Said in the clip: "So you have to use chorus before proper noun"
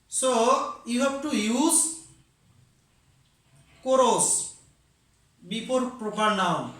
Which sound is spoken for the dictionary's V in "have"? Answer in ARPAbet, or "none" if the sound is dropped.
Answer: B